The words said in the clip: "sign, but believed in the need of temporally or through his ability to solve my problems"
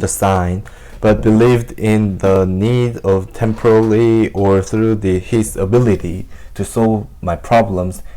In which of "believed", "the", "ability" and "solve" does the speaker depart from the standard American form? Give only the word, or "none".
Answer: none